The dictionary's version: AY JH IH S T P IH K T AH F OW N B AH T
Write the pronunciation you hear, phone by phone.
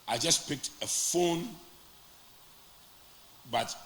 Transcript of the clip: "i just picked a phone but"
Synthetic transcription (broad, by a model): AY JH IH S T P IH K T AH F OW N B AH T